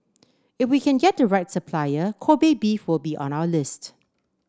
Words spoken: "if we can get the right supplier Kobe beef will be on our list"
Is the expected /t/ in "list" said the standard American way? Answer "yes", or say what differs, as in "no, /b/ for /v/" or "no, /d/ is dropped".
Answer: yes